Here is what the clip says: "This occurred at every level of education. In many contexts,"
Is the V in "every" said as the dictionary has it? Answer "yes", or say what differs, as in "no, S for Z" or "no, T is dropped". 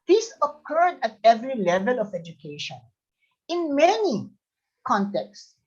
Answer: yes